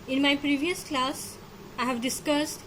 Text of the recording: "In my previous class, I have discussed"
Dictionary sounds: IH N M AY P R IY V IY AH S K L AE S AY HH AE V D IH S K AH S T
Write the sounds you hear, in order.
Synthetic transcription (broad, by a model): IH N M AY P R IY V IY AH S K L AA S AY HH AE V D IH S K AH S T